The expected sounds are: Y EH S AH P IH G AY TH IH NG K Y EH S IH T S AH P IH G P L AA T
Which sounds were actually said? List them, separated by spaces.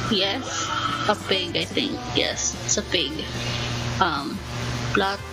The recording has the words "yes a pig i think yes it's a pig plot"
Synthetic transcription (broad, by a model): Y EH S AH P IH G AY T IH NG K Y EH S IH T S AH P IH G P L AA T